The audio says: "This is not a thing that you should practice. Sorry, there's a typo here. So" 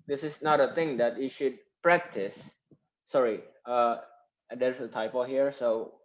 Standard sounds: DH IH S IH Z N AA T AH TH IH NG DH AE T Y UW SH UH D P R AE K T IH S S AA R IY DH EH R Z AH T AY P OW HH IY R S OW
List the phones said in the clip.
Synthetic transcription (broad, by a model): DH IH S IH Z N AA T AH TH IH NG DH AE T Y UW SH UH D P R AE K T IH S S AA R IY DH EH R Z AH T AY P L HH IY R S OW